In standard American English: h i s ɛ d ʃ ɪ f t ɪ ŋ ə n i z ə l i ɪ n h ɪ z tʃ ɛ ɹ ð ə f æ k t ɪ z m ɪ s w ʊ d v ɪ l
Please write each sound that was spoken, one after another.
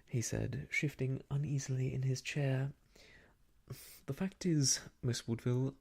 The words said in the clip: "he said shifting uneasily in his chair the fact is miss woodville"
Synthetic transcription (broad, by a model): h i s ɛ d ʃ ɪ f t ɪ ŋ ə n i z l i ɪ n ɪ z tʃ ɛ ɹ ð ə f æ k t ɪ z m ɪ s w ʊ d v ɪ l